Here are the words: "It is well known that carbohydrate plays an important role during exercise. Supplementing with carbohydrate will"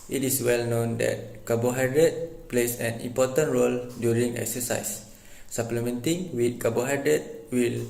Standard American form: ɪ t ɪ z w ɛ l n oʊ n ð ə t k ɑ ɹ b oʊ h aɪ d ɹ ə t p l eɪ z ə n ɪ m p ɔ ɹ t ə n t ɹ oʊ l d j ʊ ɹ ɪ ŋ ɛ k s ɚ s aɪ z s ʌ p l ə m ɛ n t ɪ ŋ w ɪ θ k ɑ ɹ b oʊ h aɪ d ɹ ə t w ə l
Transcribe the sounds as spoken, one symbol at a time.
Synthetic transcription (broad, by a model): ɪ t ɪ s w ɛ l n oʊ n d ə t k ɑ b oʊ h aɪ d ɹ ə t p l eɪ s ə n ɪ m p ɔ t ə n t ɹ oʊ l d j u ɹ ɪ ŋ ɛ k s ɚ s aɪ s s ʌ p l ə m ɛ n t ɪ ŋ w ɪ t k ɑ b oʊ h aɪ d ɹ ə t w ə l